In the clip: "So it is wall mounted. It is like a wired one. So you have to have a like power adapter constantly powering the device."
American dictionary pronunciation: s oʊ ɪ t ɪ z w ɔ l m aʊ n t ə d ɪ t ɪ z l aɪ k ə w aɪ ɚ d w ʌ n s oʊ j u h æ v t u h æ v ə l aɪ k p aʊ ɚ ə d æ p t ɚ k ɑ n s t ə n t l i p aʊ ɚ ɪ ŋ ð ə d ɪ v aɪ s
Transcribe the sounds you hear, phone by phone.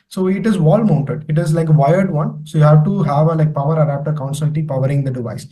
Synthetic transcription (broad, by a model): s oʊ ɪ t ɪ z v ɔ l m aʊ n t ə d ɪ t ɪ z l aɪ k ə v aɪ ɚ d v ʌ n s oʊ j u h æ v t u h æ v ə l aɪ k p aʊ ɚ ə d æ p t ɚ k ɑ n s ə l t i p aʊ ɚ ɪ ŋ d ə d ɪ v aɪ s